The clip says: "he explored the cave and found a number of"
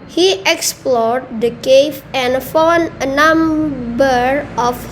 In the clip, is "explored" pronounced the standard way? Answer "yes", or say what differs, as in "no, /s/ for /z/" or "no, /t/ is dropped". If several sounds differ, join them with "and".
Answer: yes